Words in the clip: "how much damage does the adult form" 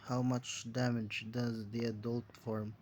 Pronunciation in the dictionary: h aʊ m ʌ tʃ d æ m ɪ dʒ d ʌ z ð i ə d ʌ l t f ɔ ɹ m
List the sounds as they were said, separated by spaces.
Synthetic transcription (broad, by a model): h aʊ m ʌ tʃ d æ m ɪ dʒ d ʌ z ð i ə d ʌ l t f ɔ ɹ m